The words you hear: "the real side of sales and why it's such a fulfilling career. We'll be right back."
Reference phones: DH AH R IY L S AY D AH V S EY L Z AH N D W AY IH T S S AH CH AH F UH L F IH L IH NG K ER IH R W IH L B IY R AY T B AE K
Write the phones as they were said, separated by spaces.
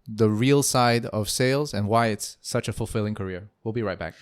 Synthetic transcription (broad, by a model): DH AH R IY L S AY D AH V S EY L Z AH N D W AY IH T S S AH CH AH F UH L F IH L IH NG K ER IH R W IH L B IY R AY T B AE K